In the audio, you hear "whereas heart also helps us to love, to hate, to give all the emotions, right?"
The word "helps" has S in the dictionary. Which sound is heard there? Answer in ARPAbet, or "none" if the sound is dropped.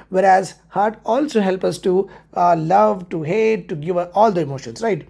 none